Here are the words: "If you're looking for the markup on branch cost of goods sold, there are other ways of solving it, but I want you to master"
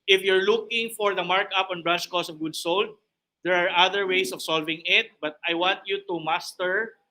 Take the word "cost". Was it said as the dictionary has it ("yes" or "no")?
no